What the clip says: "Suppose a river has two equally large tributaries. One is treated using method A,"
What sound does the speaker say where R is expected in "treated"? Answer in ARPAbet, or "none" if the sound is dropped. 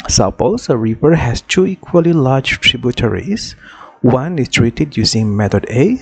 R